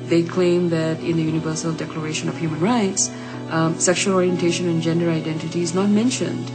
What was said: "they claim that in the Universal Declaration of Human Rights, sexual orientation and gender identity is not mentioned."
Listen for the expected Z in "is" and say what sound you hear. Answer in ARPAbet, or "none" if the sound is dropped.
Z